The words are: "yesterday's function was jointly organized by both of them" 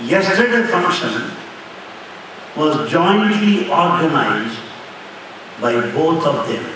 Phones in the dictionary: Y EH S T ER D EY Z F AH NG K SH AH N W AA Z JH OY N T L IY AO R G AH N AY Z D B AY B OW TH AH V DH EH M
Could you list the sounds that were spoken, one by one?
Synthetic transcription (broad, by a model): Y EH S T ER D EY F AH NG K SH AH N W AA Z JH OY N T L IY AO R G AH N AY Z D B AY B OW T AH V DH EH M